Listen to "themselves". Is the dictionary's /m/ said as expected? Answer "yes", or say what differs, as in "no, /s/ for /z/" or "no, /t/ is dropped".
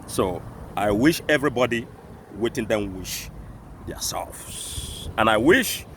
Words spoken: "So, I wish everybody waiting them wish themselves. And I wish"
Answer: no, /m/ is dropped